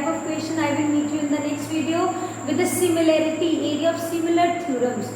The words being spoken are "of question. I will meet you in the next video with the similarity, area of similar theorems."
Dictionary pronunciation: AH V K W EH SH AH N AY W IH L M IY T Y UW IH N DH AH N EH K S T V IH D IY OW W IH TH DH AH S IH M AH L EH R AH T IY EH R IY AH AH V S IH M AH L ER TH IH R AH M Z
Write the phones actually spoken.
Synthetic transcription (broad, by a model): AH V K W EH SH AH N AY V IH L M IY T Y UW IH N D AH N EH K S T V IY D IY OW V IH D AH S IH M AH L EH R AH T IY EH R IY AH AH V S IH M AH L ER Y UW R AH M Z